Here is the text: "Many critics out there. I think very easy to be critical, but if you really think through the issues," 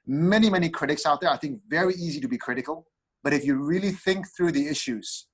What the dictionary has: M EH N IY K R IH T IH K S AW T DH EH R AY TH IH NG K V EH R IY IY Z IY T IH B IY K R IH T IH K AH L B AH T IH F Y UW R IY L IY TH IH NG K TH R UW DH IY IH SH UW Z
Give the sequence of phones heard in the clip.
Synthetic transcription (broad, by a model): M EH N IY K R IH T IH K S AW T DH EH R AY TH IH NG K V EH R IY IY Z IY T IH B IY K R IH T IH K AH L B AH T IH F Y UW R IY L IY TH IH NG K TH R UW DH IY IH SH UW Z